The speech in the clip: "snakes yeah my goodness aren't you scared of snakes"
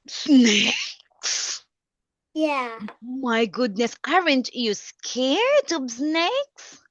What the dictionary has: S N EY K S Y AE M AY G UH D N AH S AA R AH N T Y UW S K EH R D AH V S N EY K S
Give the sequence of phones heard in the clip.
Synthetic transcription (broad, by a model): S N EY K S Y AE M AY G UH D N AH S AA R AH N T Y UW S K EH R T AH B S N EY K S